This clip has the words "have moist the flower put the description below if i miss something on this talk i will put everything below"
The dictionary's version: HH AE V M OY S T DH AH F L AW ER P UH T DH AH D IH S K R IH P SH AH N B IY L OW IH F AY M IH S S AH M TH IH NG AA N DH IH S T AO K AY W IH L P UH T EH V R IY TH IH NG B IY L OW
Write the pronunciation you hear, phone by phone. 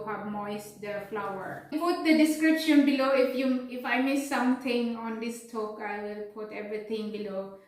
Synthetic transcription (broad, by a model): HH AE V M OY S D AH F L AW ER P UH T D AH D IH S K R IH P SH AH N B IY L OW IH F AY M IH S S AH M T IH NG AA N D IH S T AO K AY W IH L P UH T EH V R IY T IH NG B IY L OW